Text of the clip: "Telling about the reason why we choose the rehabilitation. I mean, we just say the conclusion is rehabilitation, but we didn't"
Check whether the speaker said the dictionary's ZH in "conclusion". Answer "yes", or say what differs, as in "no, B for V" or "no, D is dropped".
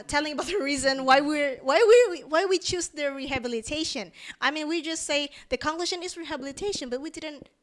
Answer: no, SH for ZH